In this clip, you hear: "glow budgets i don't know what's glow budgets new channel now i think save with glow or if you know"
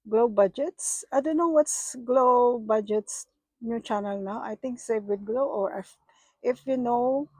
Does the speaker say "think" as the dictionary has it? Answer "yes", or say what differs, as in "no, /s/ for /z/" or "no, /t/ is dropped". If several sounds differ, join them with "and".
no, /t/ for /θ/